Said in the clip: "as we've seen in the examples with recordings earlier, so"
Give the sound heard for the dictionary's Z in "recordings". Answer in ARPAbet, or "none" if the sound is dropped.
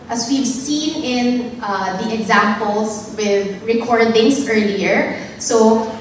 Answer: S